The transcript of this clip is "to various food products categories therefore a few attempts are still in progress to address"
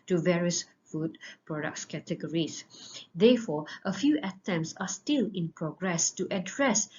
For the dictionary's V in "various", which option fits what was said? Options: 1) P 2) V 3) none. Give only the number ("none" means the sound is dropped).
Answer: 2